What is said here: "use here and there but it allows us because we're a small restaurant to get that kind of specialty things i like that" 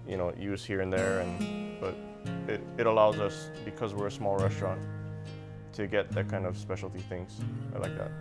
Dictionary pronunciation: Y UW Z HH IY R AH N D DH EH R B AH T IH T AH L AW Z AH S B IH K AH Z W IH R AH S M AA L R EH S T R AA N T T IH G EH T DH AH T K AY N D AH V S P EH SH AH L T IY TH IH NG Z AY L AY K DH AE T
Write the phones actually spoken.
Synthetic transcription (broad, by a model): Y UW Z HH IY R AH N DH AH R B AH T IH T AH L AW Z AH S B IH K AH Z W IH R AH S M AA L R EH S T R AA N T T IH G EH T DH AH T K AY N D AH V S P EH SH L T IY TH IH NG Z AY L AY K DH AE T